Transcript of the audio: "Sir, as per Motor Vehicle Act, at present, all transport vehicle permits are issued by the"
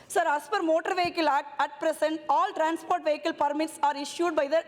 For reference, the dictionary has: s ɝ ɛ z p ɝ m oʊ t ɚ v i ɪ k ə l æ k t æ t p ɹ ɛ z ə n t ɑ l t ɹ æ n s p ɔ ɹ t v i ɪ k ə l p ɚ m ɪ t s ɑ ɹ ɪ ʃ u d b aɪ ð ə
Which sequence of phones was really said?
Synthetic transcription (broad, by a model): s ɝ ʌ s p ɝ m oʊ t ɚ v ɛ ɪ k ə l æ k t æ t p ɹ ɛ s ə n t ɑ l t ɹ æ n s p ɔ ɹ t v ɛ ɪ k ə l p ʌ m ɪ t s ɑ ɹ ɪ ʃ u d b aɪ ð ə